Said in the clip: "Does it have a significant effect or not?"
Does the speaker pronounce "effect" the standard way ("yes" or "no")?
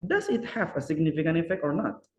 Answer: yes